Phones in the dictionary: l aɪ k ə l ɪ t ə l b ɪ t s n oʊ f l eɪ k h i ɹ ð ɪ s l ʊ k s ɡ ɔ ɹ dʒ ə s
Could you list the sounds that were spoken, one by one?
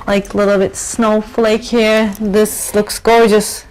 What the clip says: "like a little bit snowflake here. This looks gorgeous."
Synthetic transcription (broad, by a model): l aɪ k ə l ɪ t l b ɪ t s n oʊ f l eɪ k h i ɹ ð ɪ s l ʊ k s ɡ ɔ ɹ dʒ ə s